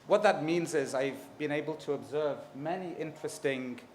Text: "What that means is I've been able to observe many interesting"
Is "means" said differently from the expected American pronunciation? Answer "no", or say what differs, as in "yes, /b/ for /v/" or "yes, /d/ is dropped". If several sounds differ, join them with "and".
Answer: no